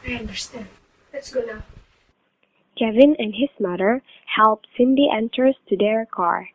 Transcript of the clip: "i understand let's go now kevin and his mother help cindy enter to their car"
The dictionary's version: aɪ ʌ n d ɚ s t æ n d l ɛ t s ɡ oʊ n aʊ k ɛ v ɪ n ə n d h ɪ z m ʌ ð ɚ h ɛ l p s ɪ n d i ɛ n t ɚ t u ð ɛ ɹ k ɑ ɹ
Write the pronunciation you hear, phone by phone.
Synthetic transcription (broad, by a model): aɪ ʌ n d ɚ s t æ n d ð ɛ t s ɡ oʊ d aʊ k ɛ v ɪ n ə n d h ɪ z m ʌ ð ɚ h ɛ l p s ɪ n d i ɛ n t ɚ t u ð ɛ ɹ k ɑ ɹ